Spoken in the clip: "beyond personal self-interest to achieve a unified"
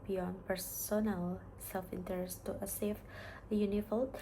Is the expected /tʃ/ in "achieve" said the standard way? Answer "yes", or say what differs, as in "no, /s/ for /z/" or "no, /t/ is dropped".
no, /s/ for /tʃ/